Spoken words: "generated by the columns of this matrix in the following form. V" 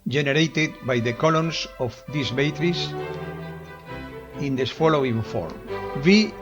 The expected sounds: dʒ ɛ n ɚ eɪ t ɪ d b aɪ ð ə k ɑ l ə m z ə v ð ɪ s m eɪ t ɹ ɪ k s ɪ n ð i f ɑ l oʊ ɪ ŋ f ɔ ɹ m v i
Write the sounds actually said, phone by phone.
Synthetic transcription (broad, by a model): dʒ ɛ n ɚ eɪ t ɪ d b aɪ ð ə k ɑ l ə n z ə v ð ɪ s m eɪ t ɹ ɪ s ɪ n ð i f ɑ l oʊ ɪ ŋ f ɔ ɹ m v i